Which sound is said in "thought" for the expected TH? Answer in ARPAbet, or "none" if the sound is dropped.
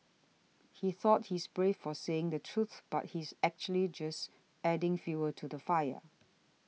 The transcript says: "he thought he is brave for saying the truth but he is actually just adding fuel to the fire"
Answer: TH